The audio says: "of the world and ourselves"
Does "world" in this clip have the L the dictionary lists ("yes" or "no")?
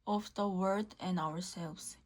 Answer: no